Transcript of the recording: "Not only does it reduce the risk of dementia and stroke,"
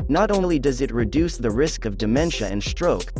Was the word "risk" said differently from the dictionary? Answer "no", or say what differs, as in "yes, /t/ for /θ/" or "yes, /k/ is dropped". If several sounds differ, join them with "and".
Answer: no